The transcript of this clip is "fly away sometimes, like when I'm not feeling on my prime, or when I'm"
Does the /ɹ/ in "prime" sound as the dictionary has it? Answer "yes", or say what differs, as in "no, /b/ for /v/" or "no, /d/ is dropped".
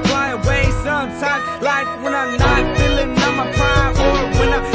no, /ɹ/ is dropped